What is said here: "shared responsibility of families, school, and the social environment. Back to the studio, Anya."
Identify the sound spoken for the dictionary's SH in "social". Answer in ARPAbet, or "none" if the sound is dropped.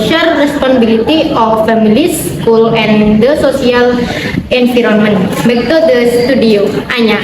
S